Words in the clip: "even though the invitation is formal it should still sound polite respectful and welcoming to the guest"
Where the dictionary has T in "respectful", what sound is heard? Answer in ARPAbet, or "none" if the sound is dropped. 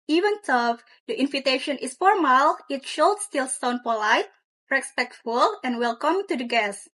T